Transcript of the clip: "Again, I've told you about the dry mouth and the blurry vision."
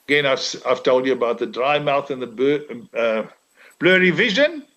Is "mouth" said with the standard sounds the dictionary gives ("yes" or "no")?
yes